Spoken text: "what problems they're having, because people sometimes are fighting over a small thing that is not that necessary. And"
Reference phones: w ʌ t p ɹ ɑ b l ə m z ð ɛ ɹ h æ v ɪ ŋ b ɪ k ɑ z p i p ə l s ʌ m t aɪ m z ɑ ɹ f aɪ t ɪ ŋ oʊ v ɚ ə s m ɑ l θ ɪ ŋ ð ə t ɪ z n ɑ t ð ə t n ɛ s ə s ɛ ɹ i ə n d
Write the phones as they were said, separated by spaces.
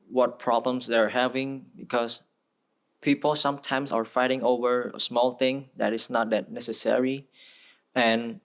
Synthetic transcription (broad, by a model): w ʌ t p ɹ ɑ b l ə m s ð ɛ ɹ h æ v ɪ ŋ b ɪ k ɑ s p i p ə l s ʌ m t aɪ m s ɑ ɹ f aɪ t ɪ ŋ oʊ v ɚ ə s m ɑ l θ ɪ ŋ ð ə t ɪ s n ɑ t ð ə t n ɛ s ə s ɛ ɹ i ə n